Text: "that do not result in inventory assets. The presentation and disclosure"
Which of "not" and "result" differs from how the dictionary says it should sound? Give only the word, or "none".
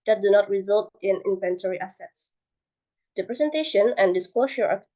none